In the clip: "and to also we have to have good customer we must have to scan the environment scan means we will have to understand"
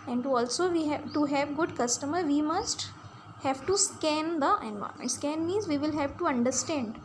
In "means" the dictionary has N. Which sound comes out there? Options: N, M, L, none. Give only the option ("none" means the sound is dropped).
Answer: none